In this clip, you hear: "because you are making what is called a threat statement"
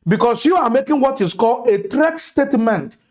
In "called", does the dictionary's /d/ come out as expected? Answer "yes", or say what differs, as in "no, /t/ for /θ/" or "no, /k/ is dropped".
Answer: no, /d/ is dropped